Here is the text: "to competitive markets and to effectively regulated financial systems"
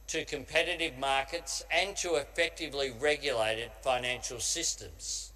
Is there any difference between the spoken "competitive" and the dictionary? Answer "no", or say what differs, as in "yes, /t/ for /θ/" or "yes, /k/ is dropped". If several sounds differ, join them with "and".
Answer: no